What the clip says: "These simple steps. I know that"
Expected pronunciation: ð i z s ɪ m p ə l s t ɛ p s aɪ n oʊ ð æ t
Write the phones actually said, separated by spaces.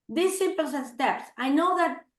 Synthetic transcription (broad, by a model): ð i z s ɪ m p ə n s t ɛ p s aɪ n oʊ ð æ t